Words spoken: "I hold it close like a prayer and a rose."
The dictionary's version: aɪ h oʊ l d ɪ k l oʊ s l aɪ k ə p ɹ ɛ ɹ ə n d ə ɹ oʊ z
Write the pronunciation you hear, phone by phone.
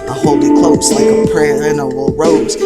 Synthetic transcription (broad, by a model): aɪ h oʊ l ɪ k l oʊ s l ə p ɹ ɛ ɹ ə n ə ɹ oʊ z